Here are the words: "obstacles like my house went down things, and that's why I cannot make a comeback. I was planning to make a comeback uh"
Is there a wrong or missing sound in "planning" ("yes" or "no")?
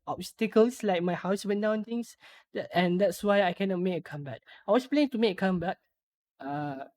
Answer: yes